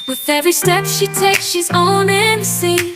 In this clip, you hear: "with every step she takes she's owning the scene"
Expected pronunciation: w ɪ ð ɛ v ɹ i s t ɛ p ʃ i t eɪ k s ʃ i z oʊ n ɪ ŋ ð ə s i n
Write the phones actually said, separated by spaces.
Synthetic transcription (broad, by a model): w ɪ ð ɛ v ɹ i s t ɛ p ʃ i t eɪ k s ʃ i z oʊ n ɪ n s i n